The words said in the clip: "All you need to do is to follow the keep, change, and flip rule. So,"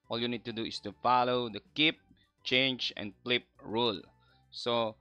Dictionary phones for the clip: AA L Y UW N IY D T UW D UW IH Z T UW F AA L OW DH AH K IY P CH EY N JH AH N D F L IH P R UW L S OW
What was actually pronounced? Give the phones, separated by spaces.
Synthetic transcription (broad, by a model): AA L Y UW N IY D T UW D UW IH S T UW F AA L OW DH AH K IY P CH EY N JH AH N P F L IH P R UW L S OW